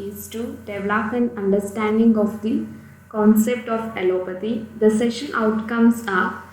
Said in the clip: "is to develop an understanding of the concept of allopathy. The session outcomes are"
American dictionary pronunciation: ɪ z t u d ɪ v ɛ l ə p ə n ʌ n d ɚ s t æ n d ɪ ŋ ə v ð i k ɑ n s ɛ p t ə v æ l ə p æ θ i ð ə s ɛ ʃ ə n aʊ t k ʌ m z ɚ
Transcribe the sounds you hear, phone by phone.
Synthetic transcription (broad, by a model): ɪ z t u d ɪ v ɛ l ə p ə n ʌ n d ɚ s t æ n d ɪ ŋ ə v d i k ɑ n s ɛ p t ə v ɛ l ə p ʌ t i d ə s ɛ ʃ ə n aʊ t k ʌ m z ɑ